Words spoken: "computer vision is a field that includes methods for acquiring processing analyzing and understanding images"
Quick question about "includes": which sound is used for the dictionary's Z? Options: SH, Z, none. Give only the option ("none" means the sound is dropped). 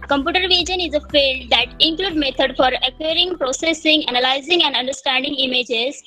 none